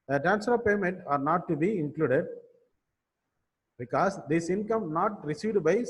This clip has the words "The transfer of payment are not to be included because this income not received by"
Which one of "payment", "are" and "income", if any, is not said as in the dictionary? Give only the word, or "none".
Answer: none